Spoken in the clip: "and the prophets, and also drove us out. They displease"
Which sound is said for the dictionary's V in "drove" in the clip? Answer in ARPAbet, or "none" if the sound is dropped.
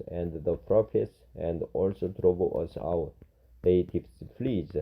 B